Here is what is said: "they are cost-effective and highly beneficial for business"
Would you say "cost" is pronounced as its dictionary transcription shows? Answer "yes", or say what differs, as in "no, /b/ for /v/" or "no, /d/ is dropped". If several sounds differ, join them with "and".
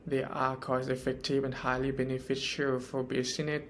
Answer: no, /t/ is dropped